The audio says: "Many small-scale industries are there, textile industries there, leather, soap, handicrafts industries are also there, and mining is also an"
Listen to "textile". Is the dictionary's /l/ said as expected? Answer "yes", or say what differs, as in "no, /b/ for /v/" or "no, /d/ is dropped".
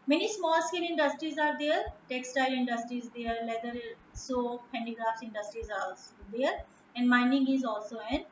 yes